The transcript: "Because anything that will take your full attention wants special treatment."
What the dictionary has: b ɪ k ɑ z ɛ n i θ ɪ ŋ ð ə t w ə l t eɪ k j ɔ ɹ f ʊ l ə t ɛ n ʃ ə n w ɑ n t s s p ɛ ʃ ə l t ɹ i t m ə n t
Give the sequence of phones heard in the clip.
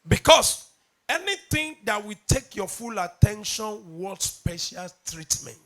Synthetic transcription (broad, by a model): b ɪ k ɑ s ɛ n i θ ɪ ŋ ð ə t w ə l t eɪ k j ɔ f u l ə t ɛ n ʃ ə n w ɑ t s s p ɛ ʃ ə l t ɹ i t m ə n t